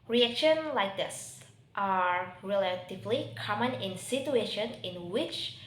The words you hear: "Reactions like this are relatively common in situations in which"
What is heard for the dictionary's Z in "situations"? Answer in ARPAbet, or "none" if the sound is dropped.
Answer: none